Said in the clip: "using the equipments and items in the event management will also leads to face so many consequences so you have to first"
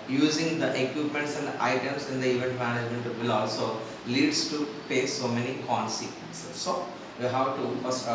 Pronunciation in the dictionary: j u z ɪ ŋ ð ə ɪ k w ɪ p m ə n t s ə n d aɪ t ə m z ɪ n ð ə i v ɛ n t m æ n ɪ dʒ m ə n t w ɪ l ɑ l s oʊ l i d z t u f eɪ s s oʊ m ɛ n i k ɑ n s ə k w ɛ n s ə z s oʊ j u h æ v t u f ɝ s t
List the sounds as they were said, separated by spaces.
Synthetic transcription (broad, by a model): j u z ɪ ŋ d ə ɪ k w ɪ p m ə n t s ə n d aɪ t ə m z ɪ n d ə i v ɛ n t m æ n ɪ dʒ m ə n t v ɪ l ɑ l s oʊ l i d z t u p eɪ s s oʊ m ɛ n i k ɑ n s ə k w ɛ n s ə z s oʊ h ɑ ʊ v t u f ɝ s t